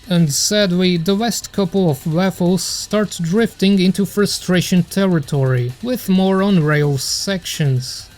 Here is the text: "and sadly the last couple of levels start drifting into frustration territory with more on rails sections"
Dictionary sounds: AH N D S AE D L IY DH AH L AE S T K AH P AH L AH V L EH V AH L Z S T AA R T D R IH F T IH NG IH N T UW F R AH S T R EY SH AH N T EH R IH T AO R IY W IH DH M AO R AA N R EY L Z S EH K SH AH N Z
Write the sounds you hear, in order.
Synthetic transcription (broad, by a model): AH N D S AE D L IY DH AH W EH S T K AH P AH L AH V W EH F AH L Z S T AA R T D R IH F T IH NG IH N T UW F R AH S T R EY SH AH N T EH R IH T AO R IY W IH DH M AO R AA N R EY L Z S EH K SH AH N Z